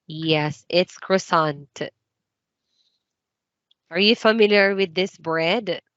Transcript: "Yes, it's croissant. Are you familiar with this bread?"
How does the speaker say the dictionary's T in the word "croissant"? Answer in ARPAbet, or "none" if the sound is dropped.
T